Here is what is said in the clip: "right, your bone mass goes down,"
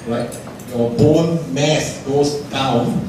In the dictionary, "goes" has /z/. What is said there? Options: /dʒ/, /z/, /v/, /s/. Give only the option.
/s/